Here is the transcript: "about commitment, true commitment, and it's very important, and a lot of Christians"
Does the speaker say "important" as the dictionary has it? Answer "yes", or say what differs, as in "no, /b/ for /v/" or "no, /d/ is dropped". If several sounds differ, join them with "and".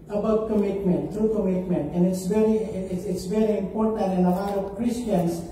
yes